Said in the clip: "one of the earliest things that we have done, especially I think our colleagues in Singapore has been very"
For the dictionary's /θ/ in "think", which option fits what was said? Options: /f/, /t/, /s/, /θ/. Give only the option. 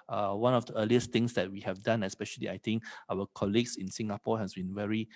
/t/